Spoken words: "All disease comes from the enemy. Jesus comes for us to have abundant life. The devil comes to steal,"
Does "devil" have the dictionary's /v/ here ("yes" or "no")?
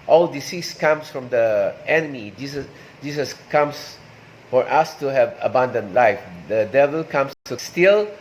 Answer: yes